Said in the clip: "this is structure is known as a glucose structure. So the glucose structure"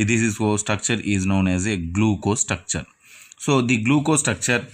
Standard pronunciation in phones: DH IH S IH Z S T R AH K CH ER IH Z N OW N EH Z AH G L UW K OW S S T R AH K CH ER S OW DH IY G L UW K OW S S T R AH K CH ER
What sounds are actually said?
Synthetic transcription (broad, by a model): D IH S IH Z S T R AH K CH ER IH Z N OW N EH Z AH G L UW K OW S S T R AH K CH ER S OW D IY G L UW K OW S S T R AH K CH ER